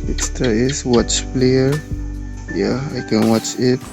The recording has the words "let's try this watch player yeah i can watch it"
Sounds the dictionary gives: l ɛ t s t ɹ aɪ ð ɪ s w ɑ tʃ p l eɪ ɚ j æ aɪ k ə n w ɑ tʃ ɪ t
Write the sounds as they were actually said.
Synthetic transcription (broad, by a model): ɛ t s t aɪ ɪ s w ɑ tʃ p l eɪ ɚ j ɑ aɪ k ə n w ɑ tʃ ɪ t